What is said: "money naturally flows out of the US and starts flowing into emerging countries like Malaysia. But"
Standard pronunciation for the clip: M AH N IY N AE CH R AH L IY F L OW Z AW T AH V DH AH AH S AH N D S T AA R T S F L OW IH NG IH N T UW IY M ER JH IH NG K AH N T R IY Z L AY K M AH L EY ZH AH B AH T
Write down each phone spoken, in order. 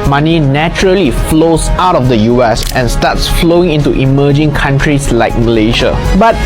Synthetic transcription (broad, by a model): M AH N IY N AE CH R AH L IY F L OW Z AW T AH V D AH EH S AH N S T AA T S F L OW IH NG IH N T UW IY M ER JH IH NG K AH N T R IY S L AY K M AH L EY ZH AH B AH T